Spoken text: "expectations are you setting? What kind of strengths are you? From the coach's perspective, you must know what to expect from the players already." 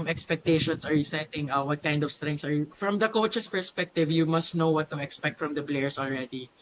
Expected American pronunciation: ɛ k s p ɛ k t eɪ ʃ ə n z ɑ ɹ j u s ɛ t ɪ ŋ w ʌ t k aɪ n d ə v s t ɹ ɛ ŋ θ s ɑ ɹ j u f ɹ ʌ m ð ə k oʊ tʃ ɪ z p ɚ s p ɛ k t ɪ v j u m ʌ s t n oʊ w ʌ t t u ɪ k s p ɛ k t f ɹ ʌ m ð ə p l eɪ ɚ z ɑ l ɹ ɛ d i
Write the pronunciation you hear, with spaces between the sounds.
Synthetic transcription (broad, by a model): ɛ k s p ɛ k t eɪ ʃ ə n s ɑ ɹ j u s ɛ t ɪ ŋ w ʌ t k aɪ n d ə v s t ɹ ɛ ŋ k s ɑ ɹ j u f ɹ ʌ m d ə k oʊ tʃ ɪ s p ɚ s p ɛ k t ɪ v j u m ʌ s t n oʊ w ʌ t t u ɪ k s p ɛ k t f ɹ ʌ m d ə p l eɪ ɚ s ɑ l ɹ ɛ d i